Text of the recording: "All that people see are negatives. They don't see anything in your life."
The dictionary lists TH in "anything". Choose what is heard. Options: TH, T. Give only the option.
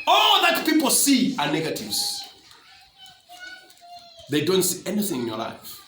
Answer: TH